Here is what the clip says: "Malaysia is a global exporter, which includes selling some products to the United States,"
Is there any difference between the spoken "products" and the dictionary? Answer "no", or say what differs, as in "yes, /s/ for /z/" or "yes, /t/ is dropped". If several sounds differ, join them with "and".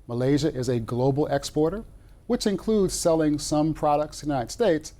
yes, /s/ is dropped